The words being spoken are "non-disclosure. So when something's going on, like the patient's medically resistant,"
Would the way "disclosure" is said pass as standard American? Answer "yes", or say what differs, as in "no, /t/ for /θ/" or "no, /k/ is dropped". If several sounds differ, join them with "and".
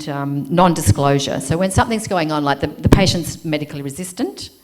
yes